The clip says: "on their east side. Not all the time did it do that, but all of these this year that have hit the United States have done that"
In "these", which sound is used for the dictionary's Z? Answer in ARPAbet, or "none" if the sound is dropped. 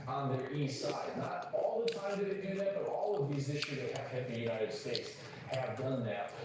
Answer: Z